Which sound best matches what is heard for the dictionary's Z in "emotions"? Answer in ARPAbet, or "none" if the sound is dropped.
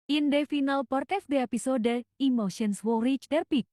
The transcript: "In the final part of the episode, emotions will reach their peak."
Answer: S